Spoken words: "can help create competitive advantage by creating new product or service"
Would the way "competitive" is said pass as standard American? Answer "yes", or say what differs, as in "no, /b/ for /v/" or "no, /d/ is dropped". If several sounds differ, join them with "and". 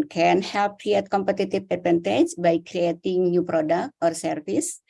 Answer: no, /p/ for /v/